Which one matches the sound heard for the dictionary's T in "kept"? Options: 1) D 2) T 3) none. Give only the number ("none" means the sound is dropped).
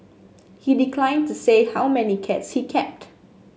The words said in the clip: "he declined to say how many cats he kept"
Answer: 2